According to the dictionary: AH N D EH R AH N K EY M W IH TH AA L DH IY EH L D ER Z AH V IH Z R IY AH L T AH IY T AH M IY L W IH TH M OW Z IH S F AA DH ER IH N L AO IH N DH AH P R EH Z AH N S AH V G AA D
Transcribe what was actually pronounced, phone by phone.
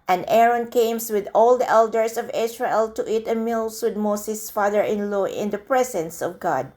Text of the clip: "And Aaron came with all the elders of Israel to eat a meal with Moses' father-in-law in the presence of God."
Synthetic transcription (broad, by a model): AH N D EH R AH N K EY M W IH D AA L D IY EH L D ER S AH V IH S R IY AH L T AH IY T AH M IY L W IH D M OW S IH S F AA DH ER IH N L AO IH N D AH P R EH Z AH N S AH V G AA D